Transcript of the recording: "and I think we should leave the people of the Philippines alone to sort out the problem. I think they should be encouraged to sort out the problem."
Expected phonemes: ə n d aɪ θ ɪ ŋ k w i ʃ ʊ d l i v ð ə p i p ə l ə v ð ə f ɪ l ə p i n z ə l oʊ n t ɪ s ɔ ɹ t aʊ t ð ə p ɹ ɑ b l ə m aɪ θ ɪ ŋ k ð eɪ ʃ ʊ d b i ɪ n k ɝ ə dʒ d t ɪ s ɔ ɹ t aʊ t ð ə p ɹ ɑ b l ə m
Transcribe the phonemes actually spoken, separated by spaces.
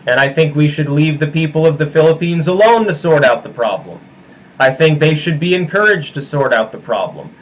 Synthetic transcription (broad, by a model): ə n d aɪ θ ɪ ŋ k w i ʃ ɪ d l i v ð ə p i p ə l ə v ð ə f ɪ l ə p i n z ə l oʊ n t ɪ s ɔ ɹ t aʊ t ð ə p ɹ ɑ b l ə m aɪ θ ɪ ŋ k ð eɪ ʃ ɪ d b i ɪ n k ɝ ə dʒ t ɪ s ɔ ɹ t aʊ t ð ə p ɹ ɑ b l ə m